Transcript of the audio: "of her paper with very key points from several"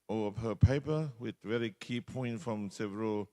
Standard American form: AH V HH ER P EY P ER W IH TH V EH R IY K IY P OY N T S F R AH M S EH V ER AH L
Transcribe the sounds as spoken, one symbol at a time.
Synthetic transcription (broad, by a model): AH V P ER P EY P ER W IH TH V EH R IY K IY P OY N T F R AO M S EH V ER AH L